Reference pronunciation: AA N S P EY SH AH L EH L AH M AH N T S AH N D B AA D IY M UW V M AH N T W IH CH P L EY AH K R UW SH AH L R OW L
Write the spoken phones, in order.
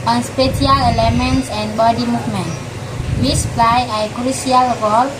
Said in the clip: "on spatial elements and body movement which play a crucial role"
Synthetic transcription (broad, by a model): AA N S P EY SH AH L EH L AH M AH N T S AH N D B AA D IY M UW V M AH N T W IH S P L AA AH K R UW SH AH L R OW L